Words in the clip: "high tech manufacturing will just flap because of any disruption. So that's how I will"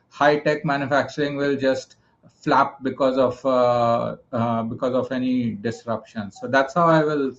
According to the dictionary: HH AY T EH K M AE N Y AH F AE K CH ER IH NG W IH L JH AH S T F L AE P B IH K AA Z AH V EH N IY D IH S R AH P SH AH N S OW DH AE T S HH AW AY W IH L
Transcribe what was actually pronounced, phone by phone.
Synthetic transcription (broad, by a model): HH AY T EH K M AE N Y AH F AE K CH ER IH NG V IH L JH AH S T F L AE P B IH K AA Z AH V EH N IY D IH S R AH P SH AH N S OW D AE T S HH AW AY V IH L